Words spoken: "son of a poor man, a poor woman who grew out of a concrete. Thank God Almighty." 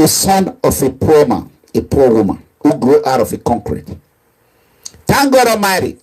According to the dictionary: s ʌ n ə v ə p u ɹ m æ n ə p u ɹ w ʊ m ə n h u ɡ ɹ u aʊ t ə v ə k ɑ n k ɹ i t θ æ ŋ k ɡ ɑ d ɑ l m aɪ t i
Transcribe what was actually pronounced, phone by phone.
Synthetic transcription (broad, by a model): s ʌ n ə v ə p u m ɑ n ə p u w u m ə n h u ɡ ɹ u aʊ t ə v ə k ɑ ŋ k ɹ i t t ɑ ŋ ɡ ɑ d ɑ m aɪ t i